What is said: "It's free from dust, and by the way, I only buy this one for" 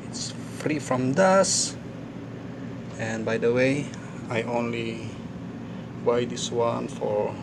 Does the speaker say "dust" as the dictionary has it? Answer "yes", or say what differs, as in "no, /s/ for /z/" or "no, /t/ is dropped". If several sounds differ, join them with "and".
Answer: no, /t/ is dropped